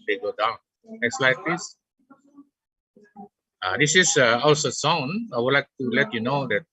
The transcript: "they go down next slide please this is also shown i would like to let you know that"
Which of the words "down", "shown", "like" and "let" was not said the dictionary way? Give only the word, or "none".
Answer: shown